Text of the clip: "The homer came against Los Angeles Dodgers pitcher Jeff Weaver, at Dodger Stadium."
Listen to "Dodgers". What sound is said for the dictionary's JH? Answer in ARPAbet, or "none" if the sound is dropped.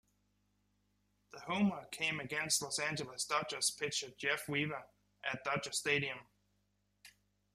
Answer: CH